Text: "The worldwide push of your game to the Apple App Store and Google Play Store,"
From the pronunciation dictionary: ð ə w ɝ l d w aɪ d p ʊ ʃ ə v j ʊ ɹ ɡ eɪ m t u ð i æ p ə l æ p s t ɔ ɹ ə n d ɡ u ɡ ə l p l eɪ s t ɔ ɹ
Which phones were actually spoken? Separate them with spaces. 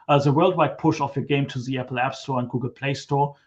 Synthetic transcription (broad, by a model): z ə w ɝ l d w aɪ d p ʊ ʃ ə f j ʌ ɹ ɡ eɪ m t u ð i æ p l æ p s t ɔ ɹ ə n ɡ u ɡ ə l p l eɪ s t ɔ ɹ